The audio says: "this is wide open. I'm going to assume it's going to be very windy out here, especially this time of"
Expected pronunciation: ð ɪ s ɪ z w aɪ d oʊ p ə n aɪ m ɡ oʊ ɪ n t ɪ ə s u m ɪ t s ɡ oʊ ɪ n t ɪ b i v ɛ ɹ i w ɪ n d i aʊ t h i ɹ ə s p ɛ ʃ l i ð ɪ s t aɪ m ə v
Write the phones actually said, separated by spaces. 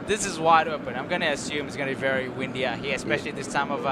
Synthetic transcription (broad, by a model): ð ɪ s ɪ z w aɪ d oʊ p ə n aɪ m ɡ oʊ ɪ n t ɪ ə s u m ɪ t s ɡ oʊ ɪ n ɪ b i v ɛ ɹ i w ɪ n d i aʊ h i ɹ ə s p ɛ ʃ l i ð ɪ s t aɪ m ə v